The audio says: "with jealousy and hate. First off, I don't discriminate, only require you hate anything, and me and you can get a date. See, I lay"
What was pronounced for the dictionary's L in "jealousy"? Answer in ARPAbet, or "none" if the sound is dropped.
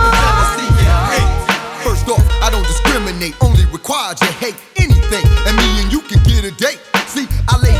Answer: none